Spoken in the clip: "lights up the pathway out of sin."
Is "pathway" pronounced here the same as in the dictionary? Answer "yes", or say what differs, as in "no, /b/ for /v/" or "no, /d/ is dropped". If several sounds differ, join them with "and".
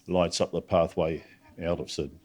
yes